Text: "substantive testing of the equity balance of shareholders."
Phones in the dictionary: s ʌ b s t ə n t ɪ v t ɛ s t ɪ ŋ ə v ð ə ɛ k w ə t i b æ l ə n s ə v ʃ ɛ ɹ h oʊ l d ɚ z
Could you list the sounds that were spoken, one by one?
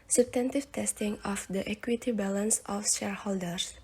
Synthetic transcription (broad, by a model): s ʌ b s t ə n t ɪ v t ɛ s t ɪ ŋ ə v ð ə ɛ k w ə t i b æ l ə n s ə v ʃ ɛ ɹ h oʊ l d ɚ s